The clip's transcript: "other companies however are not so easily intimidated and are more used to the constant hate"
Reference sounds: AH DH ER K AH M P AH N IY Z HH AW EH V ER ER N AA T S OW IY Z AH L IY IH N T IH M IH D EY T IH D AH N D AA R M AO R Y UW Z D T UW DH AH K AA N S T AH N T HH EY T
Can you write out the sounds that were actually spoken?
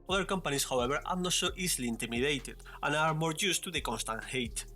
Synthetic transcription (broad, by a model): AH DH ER K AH M P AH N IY S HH AW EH B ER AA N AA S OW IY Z L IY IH N T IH M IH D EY T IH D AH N AA R M AO R Y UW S T UW DH AH K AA N S T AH N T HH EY T